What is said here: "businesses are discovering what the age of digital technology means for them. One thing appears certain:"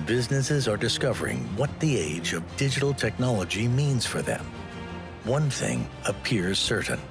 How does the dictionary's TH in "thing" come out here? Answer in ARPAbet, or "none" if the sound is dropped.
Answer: TH